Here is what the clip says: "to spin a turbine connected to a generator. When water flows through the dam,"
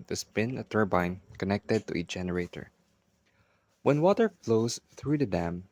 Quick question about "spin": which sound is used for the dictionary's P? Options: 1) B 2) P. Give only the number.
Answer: 1